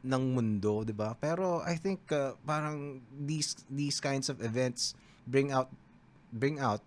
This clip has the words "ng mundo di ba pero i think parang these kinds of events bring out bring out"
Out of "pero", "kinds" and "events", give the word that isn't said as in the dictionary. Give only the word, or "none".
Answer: kinds